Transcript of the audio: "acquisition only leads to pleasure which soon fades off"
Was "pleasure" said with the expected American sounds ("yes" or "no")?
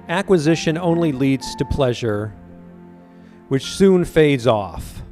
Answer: yes